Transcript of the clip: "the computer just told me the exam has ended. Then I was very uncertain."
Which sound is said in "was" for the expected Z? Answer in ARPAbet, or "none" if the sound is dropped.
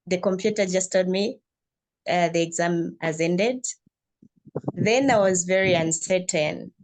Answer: Z